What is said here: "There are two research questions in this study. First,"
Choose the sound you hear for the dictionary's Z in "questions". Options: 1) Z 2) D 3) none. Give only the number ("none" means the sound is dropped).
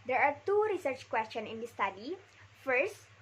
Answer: 3